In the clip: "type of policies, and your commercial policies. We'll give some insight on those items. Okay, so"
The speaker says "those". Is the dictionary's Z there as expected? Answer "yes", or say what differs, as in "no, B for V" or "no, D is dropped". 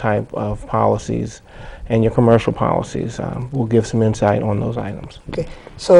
yes